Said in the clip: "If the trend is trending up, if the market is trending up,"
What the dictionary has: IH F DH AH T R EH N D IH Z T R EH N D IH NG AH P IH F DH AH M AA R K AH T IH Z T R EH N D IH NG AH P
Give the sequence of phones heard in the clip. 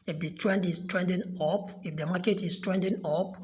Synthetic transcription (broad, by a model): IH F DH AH T R EH N D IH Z T R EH N D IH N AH P IH F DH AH M AA K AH T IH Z T R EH N D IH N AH P